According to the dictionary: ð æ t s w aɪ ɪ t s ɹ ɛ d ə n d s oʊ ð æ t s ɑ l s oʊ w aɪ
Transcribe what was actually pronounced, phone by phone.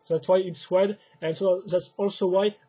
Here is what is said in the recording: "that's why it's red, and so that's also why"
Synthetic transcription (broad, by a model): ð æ t s w aɪ ɪ t s w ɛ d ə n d s oʊ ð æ t s ɑ l s oʊ w aɪ